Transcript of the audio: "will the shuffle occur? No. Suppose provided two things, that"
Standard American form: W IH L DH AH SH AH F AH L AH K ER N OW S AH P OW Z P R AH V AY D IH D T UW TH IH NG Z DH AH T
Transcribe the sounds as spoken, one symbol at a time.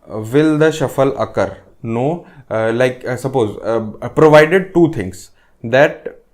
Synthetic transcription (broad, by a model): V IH L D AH SH AH F AH L AH K ER N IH S AH P OW Z P R AH V AY D IH D T UW T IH NG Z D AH T